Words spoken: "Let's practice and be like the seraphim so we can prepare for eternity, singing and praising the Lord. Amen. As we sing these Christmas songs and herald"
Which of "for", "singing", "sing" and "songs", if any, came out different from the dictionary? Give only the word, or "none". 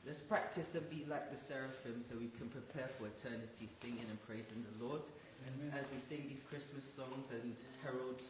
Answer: none